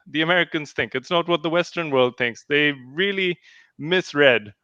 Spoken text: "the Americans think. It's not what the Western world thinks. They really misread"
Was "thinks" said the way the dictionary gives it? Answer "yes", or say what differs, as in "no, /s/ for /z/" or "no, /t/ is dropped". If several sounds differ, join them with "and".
yes